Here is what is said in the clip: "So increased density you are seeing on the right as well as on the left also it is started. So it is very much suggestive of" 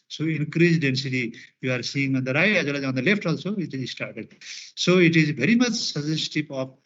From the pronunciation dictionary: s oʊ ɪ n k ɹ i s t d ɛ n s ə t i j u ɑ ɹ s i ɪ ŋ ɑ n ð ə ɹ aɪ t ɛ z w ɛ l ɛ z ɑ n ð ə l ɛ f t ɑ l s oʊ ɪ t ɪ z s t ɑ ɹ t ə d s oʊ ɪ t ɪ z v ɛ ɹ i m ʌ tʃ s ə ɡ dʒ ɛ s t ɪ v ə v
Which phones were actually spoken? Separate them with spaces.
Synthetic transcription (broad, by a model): s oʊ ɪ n k ɹ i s d ɛ n s ə t i j u ɑ ɹ s i ɪ ŋ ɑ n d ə ɹ aɪ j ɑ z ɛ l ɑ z ɑ n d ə l ɛ f t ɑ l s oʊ ɪ t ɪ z s t ɑ ɹ t ə d s oʊ ɪ t ɪ z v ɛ ɹ i m ʌ tʃ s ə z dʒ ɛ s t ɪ p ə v